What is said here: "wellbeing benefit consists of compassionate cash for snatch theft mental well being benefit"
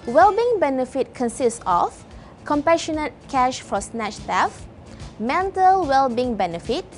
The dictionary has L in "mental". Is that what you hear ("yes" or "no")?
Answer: yes